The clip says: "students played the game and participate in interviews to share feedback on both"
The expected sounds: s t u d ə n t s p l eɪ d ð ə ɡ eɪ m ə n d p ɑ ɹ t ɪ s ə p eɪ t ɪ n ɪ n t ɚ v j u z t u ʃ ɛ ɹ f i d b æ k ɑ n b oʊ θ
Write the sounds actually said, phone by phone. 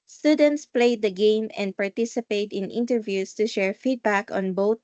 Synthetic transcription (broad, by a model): s t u d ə n t s p l eɪ d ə ɡ eɪ m ə n d p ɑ ɹ t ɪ s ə p eɪ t ɪ n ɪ n t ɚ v j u s t u ʃ ɛ ɹ f i d b æ k ɑ n b oʊ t